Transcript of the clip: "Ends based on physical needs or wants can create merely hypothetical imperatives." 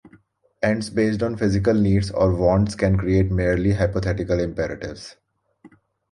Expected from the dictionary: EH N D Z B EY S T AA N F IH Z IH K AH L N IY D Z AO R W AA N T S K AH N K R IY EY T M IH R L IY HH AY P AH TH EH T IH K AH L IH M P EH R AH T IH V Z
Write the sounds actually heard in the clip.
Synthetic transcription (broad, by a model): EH N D S B EY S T AA N F IH Z IH K AH L N IY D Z AO R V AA N T S K AH N K R IY EY T M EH R L IY HH AY P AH T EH T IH K AH L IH M P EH R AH T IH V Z